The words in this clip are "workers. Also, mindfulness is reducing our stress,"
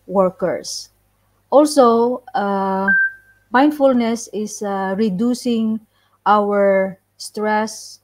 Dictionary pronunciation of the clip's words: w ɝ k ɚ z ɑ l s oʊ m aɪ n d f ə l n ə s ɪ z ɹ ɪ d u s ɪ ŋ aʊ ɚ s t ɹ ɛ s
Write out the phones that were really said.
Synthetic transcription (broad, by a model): w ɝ k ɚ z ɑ l s oʊ m aɪ n d f ə l n ə s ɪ s ɹ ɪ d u s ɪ ŋ aʊ ɚ s t ɹ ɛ s